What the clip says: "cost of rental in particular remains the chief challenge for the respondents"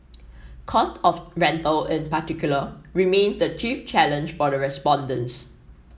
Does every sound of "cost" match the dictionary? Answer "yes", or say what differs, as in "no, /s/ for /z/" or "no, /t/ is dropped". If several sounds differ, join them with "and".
yes